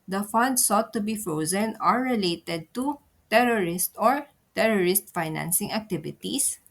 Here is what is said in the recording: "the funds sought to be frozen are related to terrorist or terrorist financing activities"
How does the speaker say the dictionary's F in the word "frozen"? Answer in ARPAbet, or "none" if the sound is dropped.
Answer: F